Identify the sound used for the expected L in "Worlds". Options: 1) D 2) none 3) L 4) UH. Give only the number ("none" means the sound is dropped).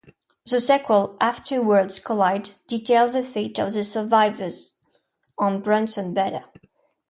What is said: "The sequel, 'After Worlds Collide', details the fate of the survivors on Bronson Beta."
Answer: 2